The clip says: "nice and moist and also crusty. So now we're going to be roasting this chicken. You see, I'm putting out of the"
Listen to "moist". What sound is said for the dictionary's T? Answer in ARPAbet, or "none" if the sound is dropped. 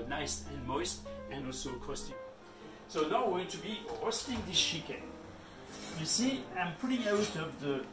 T